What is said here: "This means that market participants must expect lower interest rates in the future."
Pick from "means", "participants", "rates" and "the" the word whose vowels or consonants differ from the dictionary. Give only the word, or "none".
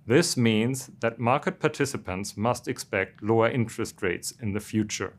none